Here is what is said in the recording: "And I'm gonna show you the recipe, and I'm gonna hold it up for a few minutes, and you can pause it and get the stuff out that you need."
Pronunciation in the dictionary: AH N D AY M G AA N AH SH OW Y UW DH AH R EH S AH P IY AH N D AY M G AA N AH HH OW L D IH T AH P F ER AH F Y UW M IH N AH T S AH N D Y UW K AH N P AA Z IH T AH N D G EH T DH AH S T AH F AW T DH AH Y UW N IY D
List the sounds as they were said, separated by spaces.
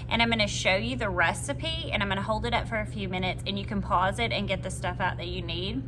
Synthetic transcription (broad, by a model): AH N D AY M G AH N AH SH OW Y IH DH AH R EH S AH P IY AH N AY M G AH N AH HH OW L D IH T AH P F ER AH F Y UW M IH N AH T S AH N Y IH K AH N P AA Z IH T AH N G EH T DH AH S T AH F AW T DH AH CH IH N IY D